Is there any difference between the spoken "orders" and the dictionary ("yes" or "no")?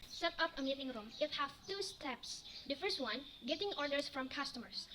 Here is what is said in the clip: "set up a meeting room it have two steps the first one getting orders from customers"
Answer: yes